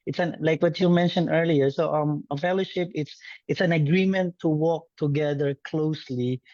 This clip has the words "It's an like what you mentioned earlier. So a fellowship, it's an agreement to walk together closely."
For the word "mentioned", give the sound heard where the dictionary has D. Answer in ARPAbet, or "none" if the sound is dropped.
D